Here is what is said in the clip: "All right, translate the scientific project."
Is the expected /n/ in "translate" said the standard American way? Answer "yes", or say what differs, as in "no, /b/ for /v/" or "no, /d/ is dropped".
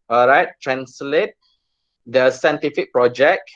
yes